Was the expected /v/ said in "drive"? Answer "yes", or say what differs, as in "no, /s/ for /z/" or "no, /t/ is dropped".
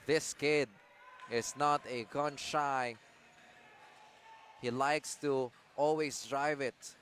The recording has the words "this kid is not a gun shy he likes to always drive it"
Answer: yes